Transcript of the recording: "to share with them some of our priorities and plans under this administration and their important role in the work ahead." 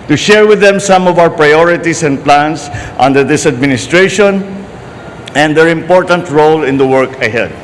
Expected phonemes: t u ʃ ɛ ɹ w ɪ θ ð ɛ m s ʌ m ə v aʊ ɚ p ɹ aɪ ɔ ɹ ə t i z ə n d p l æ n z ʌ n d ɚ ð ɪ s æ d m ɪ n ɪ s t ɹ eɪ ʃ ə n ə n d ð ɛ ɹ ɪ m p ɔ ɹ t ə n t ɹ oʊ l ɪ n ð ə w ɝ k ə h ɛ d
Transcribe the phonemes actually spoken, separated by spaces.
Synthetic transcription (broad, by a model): t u ʃ ɛ ɹ w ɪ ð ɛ m s ʌ m ə v aʊ ɚ p ɹ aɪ ɔ ɹ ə t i s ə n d p l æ n s ʌ n d ɚ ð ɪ s æ d m ɪ n ɪ s t ɹ eɪ ʃ ə n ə n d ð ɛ ɹ ɪ m p ɔ ɹ t ə n t ɹ oʊ l ɪ n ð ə w ɝ k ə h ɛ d